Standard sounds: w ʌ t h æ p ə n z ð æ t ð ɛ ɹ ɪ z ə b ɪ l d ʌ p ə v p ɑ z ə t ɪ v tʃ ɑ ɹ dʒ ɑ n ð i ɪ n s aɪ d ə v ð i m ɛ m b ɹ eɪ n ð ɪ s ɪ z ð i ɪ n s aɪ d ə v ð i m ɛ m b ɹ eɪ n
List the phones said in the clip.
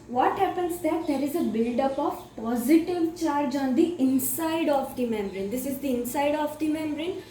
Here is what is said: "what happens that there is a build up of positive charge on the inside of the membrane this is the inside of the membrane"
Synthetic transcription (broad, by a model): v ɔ t h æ p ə n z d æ t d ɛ ɹ ɪ z ə b ɪ l d ʌ p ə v p ɑ z ə t ɪ v tʃ ɑ ɹ dʒ ɑ n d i ɪ n s aɪ d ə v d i m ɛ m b ɹ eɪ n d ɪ s ɪ z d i ɪ n s aɪ d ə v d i m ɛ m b ɹ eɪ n